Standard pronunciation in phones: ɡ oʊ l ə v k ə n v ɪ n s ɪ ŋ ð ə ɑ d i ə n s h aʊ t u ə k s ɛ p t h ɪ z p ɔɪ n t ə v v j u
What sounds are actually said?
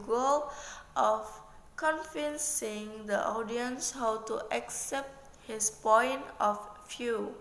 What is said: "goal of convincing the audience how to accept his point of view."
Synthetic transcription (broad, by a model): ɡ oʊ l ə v k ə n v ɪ n s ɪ ŋ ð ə ɑ d i ə n s h aʊ t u ə k s ɛ p t h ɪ s p ɔɪ n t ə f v j u